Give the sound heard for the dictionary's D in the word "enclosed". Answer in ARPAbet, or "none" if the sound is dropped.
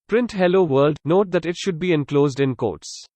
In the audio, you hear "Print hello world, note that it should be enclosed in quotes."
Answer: D